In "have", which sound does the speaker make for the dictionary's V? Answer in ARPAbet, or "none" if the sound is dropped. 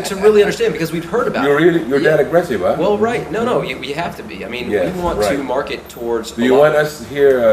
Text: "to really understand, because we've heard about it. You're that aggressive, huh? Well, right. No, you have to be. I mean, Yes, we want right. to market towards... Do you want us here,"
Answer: F